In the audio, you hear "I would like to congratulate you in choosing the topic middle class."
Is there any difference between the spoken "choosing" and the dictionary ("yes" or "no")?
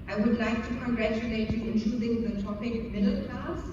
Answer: yes